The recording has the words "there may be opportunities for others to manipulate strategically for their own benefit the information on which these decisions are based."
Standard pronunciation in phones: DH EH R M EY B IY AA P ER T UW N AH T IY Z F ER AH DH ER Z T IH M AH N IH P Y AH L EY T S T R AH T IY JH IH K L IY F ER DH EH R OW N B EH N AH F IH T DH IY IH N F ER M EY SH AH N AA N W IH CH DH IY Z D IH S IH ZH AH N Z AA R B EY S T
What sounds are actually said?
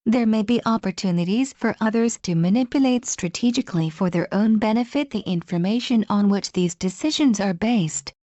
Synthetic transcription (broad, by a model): DH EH R M EY B IY AA P ER T UW N AH T IY Z F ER AH DH ER Z T IH M AH N IH P Y AH L EY T S T R AH T IY JH IH K L IY F ER DH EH R OW N B EH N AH F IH T DH IY IH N F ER M EY SH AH N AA N W IH CH DH IY Z D IH S IH ZH AH N Z AA R B EY S T